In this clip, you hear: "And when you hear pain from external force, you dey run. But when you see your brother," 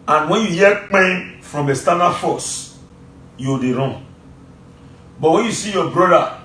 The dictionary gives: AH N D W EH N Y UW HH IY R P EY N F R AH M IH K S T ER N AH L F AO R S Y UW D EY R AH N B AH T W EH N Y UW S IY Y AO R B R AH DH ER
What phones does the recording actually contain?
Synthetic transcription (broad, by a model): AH N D W EH N Y UW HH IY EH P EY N F R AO M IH S T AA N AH F AO S Y UW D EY R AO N B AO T W EH N Y UW S IY Y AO B R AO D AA